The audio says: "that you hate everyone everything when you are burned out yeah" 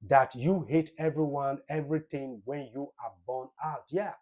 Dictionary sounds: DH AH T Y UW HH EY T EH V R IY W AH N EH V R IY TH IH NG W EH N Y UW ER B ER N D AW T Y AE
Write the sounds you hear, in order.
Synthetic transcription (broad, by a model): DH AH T Y UW HH EY T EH V R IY W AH N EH V R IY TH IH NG W EH N Y UW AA B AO N AW T Y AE